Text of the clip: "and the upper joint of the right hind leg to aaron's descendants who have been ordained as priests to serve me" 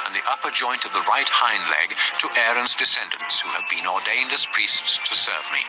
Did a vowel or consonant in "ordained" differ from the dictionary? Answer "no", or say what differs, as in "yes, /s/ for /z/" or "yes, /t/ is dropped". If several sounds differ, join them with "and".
no